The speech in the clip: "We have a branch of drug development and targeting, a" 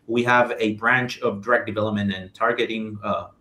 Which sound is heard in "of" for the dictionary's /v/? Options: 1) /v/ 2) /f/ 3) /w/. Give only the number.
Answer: 1